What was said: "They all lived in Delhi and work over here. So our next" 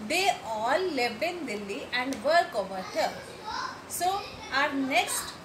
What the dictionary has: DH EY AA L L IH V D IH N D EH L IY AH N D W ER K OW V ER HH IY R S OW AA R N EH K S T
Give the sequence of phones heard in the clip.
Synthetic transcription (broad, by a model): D EY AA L L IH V IH N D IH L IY AH N D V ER K OW V ER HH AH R S OW AA R N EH K S T